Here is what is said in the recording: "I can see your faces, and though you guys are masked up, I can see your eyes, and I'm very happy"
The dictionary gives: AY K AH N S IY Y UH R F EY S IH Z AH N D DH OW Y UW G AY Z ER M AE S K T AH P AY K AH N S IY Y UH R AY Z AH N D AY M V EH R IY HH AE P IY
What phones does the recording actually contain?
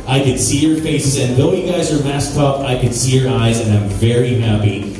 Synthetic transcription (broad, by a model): AY K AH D S IY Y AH R F EY S IH Z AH N DH OW Y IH G AY Z ER M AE S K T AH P AY K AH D S IY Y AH R AY Z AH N AY M V EH R IY HH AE P IY